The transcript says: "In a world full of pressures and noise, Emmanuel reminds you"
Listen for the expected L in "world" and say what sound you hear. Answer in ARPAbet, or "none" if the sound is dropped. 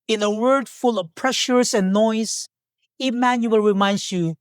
none